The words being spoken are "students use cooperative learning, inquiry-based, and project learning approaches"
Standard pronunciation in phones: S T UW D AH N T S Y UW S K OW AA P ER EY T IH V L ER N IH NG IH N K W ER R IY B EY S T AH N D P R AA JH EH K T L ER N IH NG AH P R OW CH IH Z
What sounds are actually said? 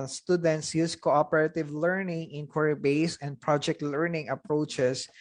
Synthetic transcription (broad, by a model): S T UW D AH N T S Y UW S K OW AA P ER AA T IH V L ER N IH NG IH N K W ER R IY B EY S AH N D P R AA JH EH K T L ER N IH NG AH P R OW CH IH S